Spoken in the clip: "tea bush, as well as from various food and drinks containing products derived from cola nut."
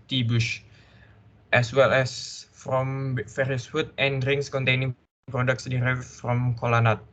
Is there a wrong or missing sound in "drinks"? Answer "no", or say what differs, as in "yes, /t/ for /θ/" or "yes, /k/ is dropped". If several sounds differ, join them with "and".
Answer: yes, /k/ is dropped